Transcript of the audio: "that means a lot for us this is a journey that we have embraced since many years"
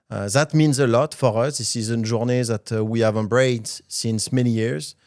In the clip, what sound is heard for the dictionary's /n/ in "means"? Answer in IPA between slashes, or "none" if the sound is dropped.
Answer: /n/